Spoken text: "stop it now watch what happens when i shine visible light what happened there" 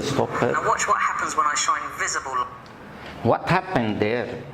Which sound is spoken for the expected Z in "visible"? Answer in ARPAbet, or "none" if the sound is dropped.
Z